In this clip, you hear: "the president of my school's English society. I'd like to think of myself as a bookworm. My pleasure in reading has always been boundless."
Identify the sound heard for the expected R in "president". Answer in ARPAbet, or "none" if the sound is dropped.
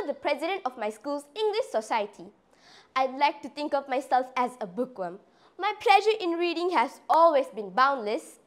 R